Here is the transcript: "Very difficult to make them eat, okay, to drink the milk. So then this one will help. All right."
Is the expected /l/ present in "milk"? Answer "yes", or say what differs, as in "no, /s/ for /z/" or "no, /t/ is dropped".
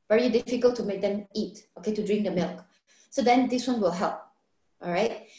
yes